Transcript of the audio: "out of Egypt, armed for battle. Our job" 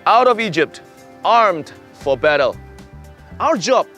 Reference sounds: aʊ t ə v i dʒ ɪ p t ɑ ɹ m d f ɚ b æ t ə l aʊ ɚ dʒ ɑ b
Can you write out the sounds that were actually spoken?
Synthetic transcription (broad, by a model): aʊ t ə v i dʒ ɪ p t ɑ ɹ m d f ɚ b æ t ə l aʊ ɚ dʒ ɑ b